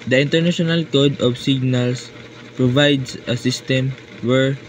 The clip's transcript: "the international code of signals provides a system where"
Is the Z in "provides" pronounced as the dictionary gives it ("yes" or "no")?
no